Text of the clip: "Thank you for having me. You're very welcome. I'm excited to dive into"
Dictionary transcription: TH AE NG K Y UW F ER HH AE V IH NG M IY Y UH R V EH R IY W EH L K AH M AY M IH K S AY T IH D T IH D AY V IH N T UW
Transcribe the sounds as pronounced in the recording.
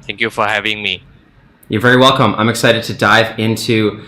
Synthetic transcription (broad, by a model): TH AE NG K Y UW F ER HH AE V IH NG M IY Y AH R V EH R IY W EH L K AH M AY M IH K S AY T IH D T IH D AY V IH N T UW